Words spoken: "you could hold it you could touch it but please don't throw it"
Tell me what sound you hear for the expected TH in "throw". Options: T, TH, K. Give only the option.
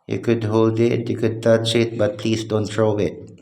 T